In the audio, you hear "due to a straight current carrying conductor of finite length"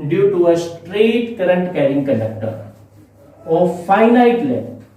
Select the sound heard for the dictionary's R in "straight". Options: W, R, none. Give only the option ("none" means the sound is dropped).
R